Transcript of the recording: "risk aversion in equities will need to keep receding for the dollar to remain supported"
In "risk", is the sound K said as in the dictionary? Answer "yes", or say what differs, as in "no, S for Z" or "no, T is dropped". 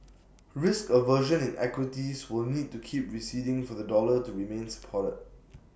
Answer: yes